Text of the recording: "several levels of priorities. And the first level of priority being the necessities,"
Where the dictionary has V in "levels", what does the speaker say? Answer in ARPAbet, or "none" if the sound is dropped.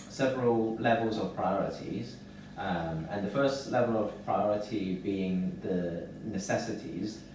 V